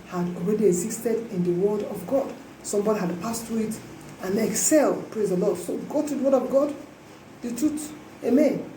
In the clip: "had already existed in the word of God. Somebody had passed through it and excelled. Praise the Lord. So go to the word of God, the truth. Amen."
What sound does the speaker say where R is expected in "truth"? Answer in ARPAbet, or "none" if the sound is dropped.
none